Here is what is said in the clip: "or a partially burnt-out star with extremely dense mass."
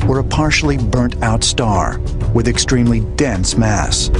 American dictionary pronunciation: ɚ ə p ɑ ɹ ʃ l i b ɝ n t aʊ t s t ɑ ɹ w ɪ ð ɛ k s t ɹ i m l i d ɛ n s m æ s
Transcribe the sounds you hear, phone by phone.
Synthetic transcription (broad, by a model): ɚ ə p ɑ ɹ ʃ l i b ɝ n t aʊ t s t ɑ ɹ w ɪ ð ɛ k s t ɹ i m l i d ɛ n s m æ s